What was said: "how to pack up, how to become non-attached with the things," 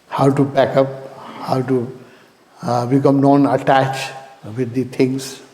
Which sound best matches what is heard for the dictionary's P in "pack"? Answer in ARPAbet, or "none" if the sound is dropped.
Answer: B